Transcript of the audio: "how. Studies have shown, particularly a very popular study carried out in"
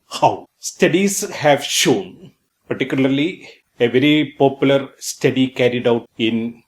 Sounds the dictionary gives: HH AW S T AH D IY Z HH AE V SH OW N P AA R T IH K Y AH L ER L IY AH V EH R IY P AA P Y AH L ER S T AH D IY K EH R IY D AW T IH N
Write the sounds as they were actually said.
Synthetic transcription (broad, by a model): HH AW S T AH D IY S HH AE V SH OW N P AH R T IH K Y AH L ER L IY AH V EH R IY P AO P Y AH L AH S T AH D IY K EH R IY D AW T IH N